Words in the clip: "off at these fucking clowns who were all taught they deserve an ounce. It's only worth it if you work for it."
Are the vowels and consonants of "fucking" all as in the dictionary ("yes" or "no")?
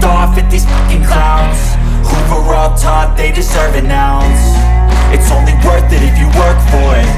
no